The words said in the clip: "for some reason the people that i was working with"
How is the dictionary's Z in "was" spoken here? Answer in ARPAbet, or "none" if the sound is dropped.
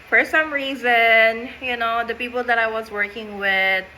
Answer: Z